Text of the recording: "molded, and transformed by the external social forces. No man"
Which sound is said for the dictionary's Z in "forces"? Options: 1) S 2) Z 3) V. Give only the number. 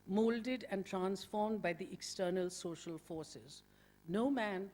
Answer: 2